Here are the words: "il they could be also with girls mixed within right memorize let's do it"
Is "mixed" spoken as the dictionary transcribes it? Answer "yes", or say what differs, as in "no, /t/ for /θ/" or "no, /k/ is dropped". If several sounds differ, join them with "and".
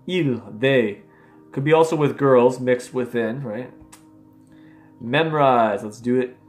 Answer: yes